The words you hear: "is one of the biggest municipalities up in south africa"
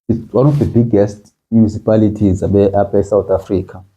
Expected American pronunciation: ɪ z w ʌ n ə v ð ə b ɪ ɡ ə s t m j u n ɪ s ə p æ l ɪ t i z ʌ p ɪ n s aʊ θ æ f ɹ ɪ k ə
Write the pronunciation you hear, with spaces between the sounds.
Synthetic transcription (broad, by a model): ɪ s w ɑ n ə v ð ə b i ɡ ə s t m j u n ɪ s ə p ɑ l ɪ t i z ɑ b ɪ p s aʊ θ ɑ f ɹ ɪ k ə